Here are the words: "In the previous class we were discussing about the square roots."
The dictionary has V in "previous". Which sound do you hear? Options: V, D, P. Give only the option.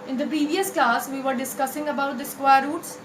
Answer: V